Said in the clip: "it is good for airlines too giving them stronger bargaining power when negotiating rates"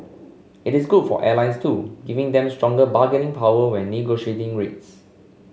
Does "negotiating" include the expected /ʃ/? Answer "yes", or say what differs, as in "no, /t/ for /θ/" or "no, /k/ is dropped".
yes